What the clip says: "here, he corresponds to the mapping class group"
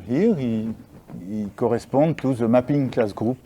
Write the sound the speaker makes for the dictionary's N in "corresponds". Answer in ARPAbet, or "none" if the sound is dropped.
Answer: none